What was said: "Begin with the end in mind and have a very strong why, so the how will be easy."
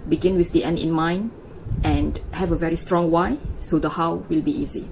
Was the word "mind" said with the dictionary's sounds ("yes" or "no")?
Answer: no